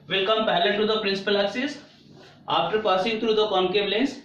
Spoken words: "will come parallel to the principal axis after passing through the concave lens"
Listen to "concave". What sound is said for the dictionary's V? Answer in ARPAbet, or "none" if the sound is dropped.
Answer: B